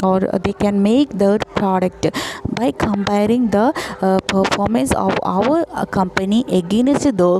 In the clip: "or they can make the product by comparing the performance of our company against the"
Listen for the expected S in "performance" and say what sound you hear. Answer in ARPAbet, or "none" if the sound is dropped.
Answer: S